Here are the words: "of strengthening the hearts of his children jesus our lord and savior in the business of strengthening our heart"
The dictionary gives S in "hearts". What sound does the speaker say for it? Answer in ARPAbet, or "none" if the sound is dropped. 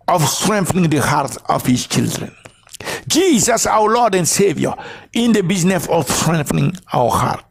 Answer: none